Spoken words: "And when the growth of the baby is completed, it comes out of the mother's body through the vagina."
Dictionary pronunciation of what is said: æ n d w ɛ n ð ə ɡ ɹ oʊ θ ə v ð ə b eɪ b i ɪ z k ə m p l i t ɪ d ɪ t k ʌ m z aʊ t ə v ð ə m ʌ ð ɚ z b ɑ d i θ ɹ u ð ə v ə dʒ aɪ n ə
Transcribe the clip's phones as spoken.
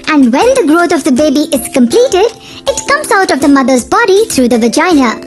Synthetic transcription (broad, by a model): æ n d w ɛ n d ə ɡ ɹ oʊ t ə v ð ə b eɪ b i ɪ z k ə m p l i t ɪ d ɪ t k ʌ m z aʊ t ə v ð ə m ʌ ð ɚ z b ɑ d i t ɹ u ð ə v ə dʒ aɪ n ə